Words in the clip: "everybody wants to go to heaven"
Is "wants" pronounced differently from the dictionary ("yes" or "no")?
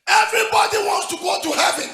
no